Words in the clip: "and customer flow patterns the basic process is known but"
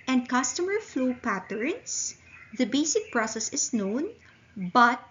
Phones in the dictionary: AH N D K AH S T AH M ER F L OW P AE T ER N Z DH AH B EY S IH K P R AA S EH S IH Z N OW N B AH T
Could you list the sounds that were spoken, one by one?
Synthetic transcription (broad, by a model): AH N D K AH S T AH M ER F L OW P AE T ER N S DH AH B EY S IH K P R AA S EH S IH S N OW N B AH T